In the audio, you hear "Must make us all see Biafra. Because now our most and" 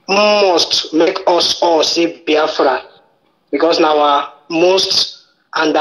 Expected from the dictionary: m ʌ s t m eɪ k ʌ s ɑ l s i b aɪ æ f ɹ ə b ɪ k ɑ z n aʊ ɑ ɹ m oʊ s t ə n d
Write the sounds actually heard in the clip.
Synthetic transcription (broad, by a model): m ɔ s t m eɪ k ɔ s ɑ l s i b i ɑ f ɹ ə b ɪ k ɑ s n aʊ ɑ m oʊ s t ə n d